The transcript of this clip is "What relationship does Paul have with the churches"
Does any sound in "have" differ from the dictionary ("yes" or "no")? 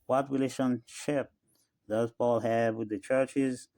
no